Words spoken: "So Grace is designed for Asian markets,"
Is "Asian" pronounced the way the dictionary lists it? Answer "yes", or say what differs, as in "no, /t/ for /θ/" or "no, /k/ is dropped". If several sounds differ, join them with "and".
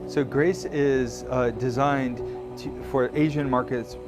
yes